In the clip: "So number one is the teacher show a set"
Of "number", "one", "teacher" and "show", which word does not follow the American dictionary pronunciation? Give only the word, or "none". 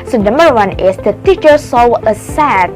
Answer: show